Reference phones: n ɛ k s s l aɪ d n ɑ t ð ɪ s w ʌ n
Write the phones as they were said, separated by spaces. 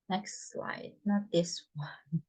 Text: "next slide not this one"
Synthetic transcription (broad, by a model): n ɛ k s s l aɪ d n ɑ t ð ɪ s w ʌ n